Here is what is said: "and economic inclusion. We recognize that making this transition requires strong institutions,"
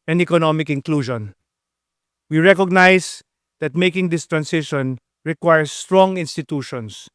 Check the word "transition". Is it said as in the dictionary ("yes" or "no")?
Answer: no